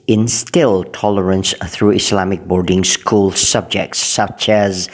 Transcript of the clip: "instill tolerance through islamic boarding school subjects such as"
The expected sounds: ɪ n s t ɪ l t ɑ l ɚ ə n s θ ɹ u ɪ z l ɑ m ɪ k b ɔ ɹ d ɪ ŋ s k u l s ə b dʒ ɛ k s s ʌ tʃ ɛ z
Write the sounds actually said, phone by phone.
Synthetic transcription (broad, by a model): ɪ n s t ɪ l t ɑ l ɚ ə n s θ ɹ u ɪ s l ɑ m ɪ k b ɔ ɹ d ɪ ŋ s k u l s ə b dʒ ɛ k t s ʌ tʃ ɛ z